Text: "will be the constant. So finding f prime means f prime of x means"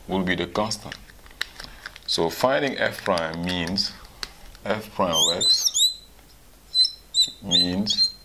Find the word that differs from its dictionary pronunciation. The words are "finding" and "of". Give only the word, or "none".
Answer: of